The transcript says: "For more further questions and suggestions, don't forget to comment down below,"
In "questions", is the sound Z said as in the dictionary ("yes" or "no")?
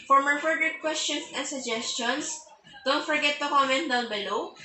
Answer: no